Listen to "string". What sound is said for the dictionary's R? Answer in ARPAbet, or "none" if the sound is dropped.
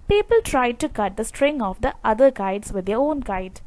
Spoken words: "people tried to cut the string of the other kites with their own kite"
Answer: R